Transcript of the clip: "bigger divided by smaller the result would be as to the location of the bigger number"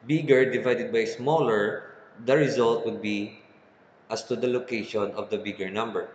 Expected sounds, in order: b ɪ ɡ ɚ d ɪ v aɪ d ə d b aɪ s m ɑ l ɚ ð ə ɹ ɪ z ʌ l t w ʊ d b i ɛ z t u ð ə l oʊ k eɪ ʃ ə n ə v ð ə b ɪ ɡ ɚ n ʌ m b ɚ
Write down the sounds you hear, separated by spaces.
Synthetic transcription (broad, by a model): b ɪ ɡ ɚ d ɪ v aɪ d ə d b aɪ s m ɑ l ɚ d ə ɹ ɪ z ʌ l t w ʊ d b i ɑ s t u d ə l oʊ k eɪ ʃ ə n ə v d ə b ɪ ɡ ɚ n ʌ m b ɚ